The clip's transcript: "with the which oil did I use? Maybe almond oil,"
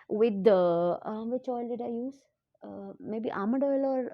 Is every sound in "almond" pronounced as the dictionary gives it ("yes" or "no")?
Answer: no